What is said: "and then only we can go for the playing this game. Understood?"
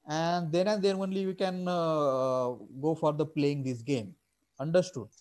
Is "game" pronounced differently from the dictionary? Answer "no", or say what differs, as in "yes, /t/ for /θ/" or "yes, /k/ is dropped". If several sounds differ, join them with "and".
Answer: no